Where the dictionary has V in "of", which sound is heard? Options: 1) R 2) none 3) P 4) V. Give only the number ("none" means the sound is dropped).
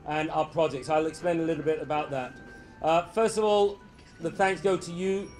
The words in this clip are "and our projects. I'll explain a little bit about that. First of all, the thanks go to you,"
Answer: 4